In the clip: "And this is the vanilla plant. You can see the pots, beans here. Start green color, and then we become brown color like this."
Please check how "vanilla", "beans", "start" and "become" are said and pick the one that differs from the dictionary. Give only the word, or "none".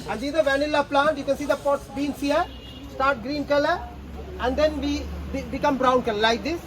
beans